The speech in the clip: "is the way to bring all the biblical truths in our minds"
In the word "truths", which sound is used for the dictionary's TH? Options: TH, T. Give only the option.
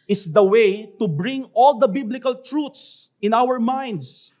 T